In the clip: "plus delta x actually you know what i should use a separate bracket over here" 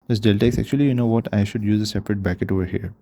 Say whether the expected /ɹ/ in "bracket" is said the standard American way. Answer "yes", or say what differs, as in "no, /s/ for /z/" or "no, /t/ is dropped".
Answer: no, /ɹ/ is dropped